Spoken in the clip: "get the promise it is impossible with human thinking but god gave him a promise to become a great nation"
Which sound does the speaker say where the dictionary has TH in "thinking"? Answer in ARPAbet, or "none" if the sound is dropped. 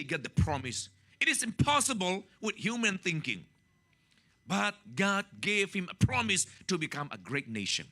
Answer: TH